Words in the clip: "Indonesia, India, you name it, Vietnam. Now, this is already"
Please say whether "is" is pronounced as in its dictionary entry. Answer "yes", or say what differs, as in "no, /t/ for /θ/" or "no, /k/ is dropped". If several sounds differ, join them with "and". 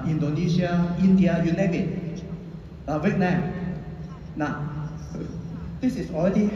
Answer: no, /s/ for /z/